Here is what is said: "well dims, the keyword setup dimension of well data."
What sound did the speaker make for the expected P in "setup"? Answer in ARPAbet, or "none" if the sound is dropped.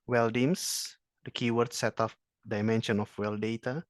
F